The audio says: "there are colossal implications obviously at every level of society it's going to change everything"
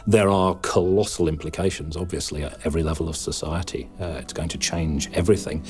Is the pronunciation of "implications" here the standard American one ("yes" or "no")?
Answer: yes